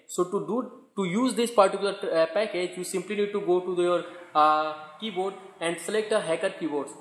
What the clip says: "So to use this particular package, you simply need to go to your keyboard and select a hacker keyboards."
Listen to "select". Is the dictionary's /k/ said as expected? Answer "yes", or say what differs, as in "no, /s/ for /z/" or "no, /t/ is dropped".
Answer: yes